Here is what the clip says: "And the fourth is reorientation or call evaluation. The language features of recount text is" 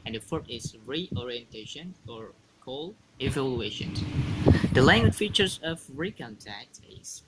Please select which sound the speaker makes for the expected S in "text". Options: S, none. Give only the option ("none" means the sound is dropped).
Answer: none